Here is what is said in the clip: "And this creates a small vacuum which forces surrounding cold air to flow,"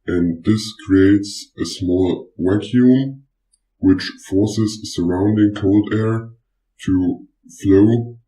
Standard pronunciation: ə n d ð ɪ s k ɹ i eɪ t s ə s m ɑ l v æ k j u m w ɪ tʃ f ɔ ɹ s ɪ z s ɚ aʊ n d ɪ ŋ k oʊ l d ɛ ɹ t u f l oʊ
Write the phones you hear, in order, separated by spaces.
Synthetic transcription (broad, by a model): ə n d ð ɪ s k ɹ i eɪ t s ə s m ɑ l w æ k j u m w ɪ tʃ f ɔ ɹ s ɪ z s ɚ aʊ n d ɪ ŋ k oʊ l d ɛ ɹ t u f l oʊ